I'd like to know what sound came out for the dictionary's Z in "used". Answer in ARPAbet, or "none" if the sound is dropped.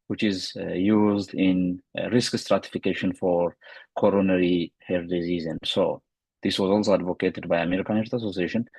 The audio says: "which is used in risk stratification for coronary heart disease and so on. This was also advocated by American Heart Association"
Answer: Z